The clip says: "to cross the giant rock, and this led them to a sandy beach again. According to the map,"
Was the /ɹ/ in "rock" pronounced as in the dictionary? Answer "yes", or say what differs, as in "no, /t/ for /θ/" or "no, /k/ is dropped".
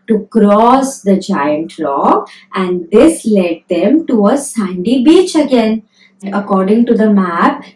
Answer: no, /l/ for /ɹ/